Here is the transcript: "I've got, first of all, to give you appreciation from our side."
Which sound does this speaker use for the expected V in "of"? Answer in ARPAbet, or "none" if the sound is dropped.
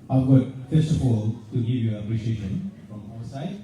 P